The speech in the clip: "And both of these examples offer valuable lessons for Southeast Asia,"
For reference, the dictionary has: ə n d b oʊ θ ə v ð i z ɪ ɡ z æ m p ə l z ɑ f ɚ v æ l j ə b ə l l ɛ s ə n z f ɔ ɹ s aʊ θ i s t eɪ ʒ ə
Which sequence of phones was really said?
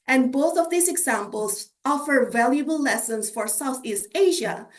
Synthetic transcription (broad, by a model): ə n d b oʊ θ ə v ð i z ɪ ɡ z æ m p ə l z ɑ f ɚ v æ l j ə b ə l l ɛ s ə n s f ɔ ɹ s aʊ θ i s t eɪ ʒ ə